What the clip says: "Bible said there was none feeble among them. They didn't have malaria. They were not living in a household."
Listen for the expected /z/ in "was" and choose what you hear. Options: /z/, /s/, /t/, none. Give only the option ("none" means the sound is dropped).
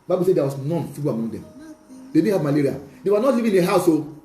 /s/